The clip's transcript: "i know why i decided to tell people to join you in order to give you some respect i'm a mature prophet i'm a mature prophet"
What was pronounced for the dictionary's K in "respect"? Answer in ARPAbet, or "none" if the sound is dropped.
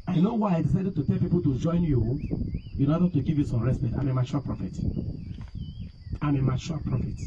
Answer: none